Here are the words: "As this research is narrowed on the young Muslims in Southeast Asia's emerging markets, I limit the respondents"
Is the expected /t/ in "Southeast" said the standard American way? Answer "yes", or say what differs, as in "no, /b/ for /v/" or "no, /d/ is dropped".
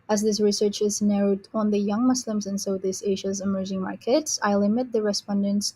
no, /t/ is dropped